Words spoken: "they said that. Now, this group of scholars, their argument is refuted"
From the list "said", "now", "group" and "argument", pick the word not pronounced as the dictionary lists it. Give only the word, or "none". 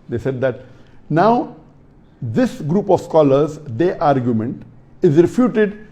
none